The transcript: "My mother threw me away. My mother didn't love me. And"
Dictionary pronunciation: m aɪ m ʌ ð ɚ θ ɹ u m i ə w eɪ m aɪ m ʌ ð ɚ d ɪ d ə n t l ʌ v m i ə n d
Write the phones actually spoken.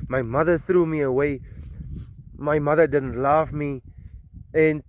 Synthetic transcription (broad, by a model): m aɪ m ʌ ð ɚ θ ɹ u m i ə w eɪ m aɪ m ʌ ð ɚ d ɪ d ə n t l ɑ f m i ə n